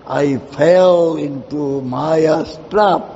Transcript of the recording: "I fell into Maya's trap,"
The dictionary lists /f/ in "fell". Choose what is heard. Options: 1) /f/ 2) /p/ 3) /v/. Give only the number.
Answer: 1